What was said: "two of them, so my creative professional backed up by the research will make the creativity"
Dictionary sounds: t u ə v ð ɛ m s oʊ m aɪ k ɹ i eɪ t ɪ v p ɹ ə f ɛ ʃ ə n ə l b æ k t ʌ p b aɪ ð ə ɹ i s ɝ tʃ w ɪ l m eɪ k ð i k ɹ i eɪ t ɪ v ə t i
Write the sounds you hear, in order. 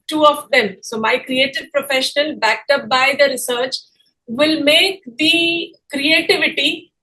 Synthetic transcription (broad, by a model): t u ə v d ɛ m s oʊ m aɪ k ɹ i eɪ t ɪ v p ɹ ə f ɛ ʃ ə n ə l b æ k t ʌ p b aɪ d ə ɹ i s ɝ tʃ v ɪ l m eɪ k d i k ɹ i eɪ t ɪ v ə t i